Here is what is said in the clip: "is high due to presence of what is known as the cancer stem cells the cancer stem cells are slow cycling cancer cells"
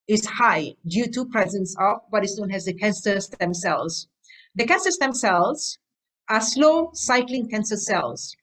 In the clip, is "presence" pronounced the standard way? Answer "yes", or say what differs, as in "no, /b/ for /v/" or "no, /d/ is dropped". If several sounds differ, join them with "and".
yes